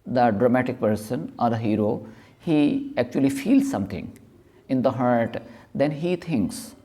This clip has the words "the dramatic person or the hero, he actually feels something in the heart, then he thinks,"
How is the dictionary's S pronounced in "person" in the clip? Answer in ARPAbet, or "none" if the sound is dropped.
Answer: S